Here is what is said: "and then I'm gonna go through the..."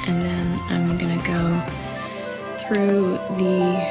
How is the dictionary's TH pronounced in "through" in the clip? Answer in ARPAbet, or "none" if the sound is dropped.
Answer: TH